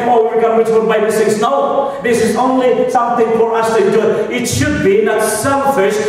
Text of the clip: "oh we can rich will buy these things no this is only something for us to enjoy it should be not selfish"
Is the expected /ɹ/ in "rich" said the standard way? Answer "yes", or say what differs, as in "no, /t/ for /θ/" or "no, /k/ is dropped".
no, /w/ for /ɹ/